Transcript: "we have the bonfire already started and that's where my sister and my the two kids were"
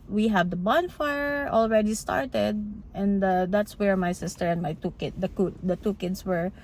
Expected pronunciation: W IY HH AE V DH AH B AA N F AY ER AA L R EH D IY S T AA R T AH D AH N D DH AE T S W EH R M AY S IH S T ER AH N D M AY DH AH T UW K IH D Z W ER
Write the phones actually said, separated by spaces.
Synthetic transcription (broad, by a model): W IY HH AE V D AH B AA N F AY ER AA L R EH D IY S T AA R T AH D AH N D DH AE T S W EH R M AY S IH S T ER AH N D M AY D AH T UW K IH D S W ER